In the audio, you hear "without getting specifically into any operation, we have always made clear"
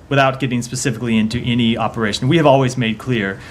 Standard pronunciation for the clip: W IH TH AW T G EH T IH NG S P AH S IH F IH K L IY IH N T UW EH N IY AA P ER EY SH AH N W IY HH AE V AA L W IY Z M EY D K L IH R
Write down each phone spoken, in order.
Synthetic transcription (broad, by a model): W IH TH AW T G EH T IH NG S P AH S IH F IH K L IY IH N T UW EH N IY AA P ER EY SH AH N W IY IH V AA L W IY Z M EY D K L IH R